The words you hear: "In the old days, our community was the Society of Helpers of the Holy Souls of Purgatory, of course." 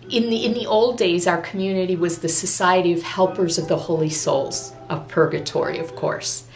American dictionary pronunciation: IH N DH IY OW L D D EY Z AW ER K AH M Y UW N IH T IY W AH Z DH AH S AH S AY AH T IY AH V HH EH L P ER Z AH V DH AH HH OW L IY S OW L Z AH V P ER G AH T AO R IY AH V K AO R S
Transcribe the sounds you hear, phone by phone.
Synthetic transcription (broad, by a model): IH N DH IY OW L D D EY Z AW ER K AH M Y UW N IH T IY W AH Z DH AH S AH S AY AH T IY AH V HH EH L P ER Z AH V DH AH HH OW L IY S OW L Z AH V P ER G AH T AO R IY AH V K AO R S